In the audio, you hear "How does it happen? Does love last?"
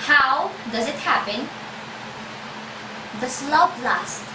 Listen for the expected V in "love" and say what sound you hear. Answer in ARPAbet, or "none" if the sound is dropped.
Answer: P